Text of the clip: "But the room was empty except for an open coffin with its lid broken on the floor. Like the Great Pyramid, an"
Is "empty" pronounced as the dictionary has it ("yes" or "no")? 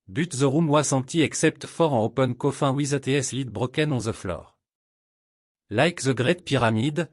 no